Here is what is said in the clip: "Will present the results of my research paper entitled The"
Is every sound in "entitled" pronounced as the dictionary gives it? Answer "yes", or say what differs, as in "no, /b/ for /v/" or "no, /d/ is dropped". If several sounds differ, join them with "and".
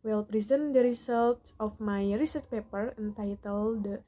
yes